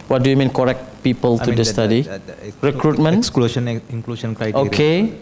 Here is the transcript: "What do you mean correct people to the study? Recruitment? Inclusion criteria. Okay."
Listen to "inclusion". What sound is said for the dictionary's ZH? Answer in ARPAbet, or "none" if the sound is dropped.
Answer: SH